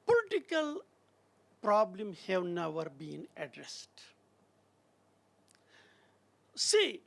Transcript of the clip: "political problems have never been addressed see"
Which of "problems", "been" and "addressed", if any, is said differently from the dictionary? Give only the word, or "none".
problems